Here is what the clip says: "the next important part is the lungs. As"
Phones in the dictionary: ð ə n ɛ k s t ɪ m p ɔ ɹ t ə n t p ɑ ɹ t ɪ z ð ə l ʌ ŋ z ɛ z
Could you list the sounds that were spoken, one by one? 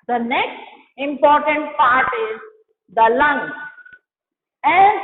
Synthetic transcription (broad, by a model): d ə n ɛ k s t ɪ m p ɔ ɹ t ə n t p ɑ ɹ t ɪ z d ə l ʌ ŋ ɛ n